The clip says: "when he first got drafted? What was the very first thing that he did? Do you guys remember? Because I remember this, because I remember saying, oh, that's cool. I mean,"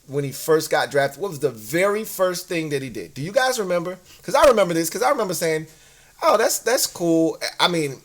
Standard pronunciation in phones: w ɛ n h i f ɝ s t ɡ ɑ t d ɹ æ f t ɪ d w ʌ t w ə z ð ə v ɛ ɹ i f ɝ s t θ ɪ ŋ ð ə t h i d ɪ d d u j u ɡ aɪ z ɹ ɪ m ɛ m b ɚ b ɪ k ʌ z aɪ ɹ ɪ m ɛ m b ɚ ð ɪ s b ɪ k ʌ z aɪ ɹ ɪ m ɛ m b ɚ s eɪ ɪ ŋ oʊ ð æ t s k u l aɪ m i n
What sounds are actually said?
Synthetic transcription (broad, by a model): w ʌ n i f ɝ s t ɡ ɑ t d ɹ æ f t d w ʌ t w ə z ð ə v ɛ ɹ i f ɝ s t θ ɪ ŋ ð ə t h i d ɪ d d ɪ j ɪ ɡ aɪ z ɹ ɪ m ɛ m b ɚ k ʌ z aɪ ɹ ɪ m ɛ m b ɚ ð ɪ s k ʌ z aɪ ɹ ɪ m ɛ m b ɚ s eɪ ɪ ŋ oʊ ð æ t s k u l aɪ m i n